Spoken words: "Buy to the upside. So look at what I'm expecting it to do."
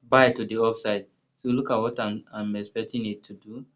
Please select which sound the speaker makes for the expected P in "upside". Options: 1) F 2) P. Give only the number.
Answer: 1